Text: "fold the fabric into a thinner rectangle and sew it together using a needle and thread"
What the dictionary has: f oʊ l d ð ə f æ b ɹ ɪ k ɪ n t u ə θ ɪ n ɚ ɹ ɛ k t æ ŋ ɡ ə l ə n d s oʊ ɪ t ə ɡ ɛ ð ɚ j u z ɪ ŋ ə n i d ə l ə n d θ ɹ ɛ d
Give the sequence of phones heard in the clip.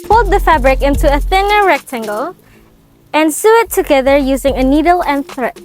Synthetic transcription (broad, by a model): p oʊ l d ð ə f æ b ɹ ɪ k ɪ n t u ə θ ɪ n ɚ ɹ ɛ k t æ ŋ ɡ ə l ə n s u ɪ t ə ɡ ɛ ð ɚ j u z ɪ ŋ ə n i d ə l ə n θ ɹ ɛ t